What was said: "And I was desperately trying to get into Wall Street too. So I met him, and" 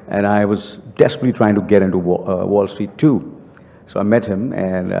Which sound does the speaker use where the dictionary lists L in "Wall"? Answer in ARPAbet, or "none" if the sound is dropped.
L